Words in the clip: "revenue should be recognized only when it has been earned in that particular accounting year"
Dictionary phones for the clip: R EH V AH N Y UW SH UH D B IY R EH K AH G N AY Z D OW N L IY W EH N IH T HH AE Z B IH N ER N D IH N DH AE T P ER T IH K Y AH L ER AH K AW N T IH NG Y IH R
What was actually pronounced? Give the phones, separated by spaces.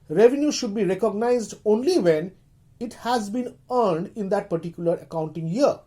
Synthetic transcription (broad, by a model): R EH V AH N Y UW SH UH D B IY R EH K AH G N AY Z D OW N L IY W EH N IH T HH AE Z B IH N ER N D IH N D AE T P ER T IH K Y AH L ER AH K AW N T IH NG Y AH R